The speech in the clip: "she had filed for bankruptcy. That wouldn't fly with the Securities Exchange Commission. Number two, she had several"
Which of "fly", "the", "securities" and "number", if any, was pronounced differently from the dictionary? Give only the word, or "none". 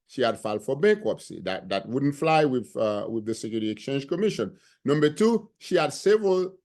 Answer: securities